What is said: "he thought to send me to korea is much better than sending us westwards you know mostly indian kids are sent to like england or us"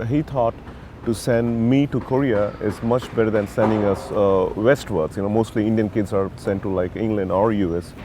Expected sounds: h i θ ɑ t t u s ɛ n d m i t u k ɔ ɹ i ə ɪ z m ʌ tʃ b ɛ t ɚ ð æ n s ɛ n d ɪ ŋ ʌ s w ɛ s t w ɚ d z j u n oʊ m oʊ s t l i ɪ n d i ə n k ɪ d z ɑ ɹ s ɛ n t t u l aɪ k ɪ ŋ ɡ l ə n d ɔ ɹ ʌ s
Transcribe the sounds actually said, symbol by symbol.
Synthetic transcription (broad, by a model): h i t ɑ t t u s ɛ n d m i t u k ɔ ɹ i ə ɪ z m ʌ tʃ b ɛ t ɚ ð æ n s ɛ n d ɪ ŋ ʌ s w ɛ s t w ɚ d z j u n oʊ m oʊ s t l i ɪ n d i ə n k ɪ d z ɑ ɹ s ɛ n t t u l aɪ k ɪ ŋ ɡ l ə n d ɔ ɹ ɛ s